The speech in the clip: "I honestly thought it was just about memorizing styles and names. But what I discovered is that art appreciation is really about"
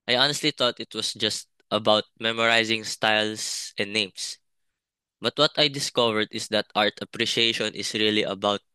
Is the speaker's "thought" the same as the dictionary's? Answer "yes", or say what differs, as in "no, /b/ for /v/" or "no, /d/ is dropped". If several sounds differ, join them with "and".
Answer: no, /t/ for /θ/